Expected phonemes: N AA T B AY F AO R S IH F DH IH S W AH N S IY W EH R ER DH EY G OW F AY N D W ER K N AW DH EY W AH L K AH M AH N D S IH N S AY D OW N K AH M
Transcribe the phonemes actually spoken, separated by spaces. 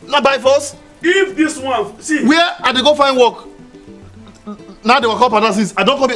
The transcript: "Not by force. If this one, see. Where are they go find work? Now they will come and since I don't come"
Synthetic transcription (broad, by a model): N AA B AY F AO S IH F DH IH S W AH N S IY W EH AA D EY G OW F AY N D W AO K N AW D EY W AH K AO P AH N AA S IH S AY D OW N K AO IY